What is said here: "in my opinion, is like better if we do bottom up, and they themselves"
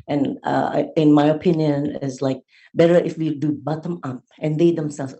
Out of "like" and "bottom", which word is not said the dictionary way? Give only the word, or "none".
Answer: none